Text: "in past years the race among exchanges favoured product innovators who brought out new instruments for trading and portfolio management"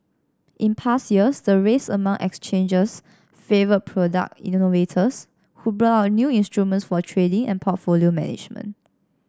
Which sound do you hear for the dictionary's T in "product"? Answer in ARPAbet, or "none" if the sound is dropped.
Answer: none